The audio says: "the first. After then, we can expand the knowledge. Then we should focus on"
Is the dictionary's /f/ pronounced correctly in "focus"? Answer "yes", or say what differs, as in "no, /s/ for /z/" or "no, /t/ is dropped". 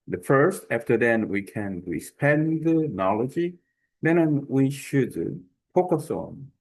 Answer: no, /p/ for /f/